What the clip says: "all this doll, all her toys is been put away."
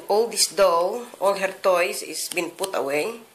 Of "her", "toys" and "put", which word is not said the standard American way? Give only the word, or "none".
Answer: toys